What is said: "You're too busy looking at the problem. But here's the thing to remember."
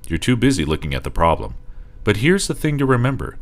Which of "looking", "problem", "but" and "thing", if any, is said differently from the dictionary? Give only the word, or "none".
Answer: none